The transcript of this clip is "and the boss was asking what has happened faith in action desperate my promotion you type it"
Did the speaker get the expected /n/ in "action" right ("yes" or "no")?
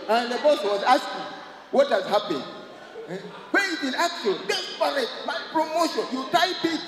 no